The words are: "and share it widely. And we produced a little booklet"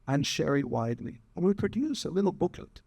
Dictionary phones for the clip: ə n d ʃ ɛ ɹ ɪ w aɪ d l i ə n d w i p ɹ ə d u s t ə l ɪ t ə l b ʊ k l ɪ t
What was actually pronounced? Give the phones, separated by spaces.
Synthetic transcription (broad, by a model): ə n ʃ ɛ ɹ ɪ w aɪ d l i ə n w i p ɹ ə d u s ə l ɪ t l b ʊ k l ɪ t